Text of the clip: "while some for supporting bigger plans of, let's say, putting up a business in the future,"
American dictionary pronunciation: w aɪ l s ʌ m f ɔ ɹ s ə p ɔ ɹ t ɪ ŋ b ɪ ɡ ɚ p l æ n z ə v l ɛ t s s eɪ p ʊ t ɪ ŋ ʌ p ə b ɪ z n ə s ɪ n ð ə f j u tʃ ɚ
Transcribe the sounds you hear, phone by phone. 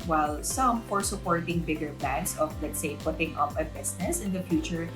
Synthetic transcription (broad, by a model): w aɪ l s ʌ m f ɔ ɹ s ə p ɔ ɹ t ɪ ŋ b ɪ ɡ ɚ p l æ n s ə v l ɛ t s s eɪ p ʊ t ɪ ŋ ʌ p ə b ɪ s n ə s ɪ n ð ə f j u tʃ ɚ